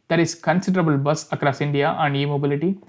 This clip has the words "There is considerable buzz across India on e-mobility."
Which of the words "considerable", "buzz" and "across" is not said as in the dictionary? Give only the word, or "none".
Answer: buzz